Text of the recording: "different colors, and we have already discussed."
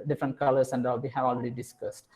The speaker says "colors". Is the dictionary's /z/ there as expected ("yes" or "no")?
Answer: no